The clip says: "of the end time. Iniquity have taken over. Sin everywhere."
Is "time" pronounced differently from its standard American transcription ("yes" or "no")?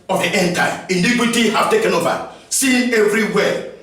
yes